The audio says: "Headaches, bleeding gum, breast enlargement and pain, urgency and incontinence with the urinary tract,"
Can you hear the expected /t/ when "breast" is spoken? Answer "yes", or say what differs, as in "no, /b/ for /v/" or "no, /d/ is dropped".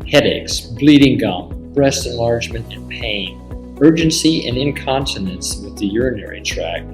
yes